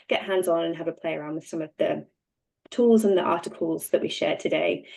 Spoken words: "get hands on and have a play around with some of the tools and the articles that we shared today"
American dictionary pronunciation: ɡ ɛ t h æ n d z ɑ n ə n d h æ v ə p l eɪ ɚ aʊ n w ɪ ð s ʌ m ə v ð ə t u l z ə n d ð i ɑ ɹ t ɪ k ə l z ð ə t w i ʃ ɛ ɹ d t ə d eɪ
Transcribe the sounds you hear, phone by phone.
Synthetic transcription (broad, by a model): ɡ ɛ t h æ n d z n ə n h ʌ v ə p l eɪ ɚ aʊ n w ɪ ð s ʌ m ə v ð ə t u l z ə n ð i ɑ t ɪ k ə l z ð ə t w i ʃ ɛ d t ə d eɪ